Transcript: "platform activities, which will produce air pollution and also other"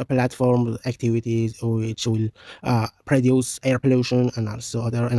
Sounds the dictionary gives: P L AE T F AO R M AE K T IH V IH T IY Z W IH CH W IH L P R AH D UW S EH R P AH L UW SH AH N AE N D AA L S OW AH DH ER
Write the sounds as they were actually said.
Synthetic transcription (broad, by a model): P L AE T F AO R M AE K T IH V IH T IY Z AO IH S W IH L P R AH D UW S EH R P AH L UW SH AH N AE N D AA L S OW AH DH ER